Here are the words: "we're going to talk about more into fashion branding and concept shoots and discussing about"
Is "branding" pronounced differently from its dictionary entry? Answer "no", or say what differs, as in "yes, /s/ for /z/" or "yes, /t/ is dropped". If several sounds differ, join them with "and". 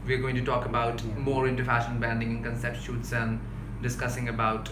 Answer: yes, /ɹ/ is dropped